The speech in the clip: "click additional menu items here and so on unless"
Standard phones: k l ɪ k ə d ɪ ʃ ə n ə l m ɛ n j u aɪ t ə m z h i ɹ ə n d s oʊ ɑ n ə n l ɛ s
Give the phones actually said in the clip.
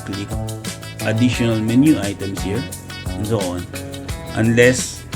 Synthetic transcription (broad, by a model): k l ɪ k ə d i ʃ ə n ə l m ɛ n j u aɪ t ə m s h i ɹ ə n s oʊ ɑ n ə n l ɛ s